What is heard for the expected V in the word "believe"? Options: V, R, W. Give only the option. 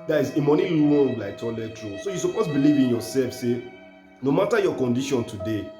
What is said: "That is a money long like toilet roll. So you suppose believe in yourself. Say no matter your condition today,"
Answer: V